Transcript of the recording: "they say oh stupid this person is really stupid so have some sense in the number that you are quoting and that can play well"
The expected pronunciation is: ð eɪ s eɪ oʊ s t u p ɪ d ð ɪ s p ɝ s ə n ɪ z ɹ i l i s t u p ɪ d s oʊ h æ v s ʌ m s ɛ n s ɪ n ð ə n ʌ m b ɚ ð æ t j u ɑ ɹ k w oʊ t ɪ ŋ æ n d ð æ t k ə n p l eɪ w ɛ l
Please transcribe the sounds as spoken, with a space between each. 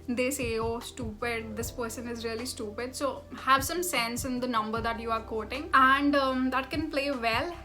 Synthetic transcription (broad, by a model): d eɪ s eɪ oʊ s t u p ɪ d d ɪ s p ɝ s ə n ɪ z ɹ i l i s t u p ɪ d s oʊ h æ v s ʌ m s ɛ n s ɪ n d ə n ʌ m b ɚ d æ t j u ɑ ɹ k oʊ t ɪ ŋ æ n d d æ t k ə n p l eɪ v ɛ l